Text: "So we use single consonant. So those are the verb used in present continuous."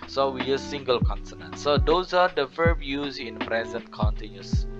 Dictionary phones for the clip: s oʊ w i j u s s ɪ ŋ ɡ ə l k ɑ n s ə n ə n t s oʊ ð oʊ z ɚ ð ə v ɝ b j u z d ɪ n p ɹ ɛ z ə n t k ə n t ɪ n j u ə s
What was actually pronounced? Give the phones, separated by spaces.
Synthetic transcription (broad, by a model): s oʊ w i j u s s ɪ ŋ ɡ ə l k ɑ n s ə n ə n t s oʊ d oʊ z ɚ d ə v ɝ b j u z ɪ n p ɹ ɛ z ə n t k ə n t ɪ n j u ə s